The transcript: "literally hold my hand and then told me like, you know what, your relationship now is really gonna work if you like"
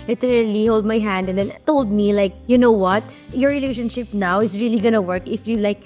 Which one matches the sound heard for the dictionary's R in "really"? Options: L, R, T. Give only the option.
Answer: R